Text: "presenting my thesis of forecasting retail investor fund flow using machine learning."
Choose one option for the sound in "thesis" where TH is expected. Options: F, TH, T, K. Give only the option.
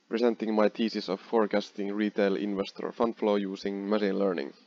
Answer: T